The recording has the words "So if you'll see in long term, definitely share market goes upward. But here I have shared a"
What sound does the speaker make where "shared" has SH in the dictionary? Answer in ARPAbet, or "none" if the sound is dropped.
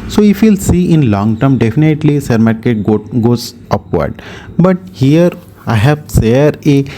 S